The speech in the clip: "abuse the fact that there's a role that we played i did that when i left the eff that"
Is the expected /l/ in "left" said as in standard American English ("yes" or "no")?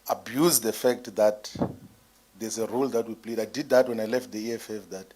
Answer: yes